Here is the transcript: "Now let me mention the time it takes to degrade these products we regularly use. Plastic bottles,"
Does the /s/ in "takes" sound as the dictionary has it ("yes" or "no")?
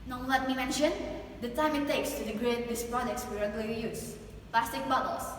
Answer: yes